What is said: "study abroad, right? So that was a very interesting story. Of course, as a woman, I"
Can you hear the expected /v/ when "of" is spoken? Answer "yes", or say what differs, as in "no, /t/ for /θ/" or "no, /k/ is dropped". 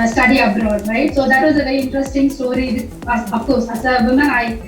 no, /f/ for /v/